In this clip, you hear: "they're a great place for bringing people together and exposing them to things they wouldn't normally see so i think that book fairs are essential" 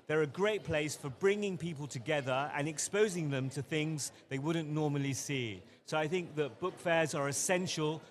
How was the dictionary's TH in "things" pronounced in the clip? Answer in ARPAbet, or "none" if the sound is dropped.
TH